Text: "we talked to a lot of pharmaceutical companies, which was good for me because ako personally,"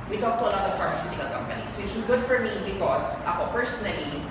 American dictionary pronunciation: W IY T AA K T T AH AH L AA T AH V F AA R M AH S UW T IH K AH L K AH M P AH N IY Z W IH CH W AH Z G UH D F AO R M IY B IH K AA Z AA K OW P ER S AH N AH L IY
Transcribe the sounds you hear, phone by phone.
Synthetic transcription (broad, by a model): W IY T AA K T T AH AH L AA T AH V F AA R M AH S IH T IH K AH L K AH M P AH N IY S W IH CH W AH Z G UH D F AO R M IY B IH K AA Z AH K OW P ER S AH N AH L IY